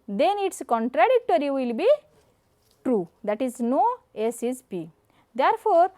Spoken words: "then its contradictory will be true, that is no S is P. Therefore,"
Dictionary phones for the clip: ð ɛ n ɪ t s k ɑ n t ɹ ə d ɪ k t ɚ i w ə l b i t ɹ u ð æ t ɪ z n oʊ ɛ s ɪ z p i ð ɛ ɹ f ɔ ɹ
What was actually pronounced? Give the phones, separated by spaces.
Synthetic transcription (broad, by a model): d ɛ n ɪ t s k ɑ n t ɹ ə d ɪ k t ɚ i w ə l b i t ɹ u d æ t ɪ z n oʊ ɛ s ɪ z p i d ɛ ɹ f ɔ ɹ